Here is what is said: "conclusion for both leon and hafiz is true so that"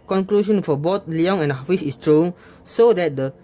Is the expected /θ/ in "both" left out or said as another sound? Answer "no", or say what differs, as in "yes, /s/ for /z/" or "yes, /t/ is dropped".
yes, /t/ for /θ/